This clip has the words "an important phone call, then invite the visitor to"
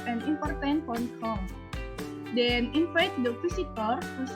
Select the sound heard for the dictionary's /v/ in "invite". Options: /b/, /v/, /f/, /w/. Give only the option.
/f/